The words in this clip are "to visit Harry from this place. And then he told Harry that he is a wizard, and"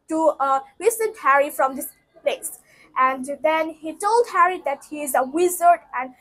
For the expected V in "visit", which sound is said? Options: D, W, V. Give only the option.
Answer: W